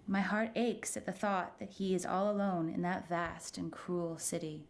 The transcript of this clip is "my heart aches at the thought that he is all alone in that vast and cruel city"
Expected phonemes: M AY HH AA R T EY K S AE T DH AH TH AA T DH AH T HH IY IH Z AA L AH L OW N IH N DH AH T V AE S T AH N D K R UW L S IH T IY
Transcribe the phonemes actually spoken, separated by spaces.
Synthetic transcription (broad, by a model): M AY HH AA R T EY K S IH T DH AH TH AA T DH AH T HH IY IH Z AA L AH L OW N IH N DH AH T V AE S T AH N K R UW L S IH T IY